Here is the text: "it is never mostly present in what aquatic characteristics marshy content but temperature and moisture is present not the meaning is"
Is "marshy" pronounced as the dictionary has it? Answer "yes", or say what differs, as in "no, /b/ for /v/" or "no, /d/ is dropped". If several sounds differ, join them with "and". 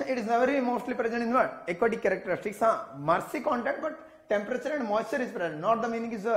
no, /s/ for /ʃ/